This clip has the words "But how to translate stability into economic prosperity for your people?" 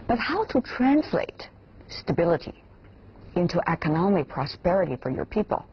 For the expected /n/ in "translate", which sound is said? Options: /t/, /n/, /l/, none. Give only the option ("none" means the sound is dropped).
/n/